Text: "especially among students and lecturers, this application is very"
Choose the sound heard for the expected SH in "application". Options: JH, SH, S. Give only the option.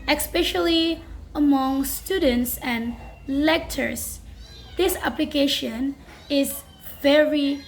SH